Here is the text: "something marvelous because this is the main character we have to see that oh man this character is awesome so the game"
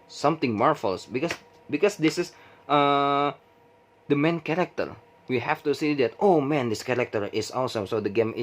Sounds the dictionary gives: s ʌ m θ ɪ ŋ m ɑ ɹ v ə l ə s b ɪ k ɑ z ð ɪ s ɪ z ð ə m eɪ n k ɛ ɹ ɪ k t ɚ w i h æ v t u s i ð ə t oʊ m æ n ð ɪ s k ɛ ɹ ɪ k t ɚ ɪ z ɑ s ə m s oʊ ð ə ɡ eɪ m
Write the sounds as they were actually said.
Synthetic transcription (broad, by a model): s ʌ m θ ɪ ŋ m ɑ ɹ f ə l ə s b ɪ k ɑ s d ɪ s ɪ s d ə m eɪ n k ɛ ɹ ɪ k t ɚ w i h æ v t u s i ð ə t oʊ m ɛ n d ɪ s k ɛ ɹ ɪ k t ɚ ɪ s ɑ s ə m s oʊ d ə ɡ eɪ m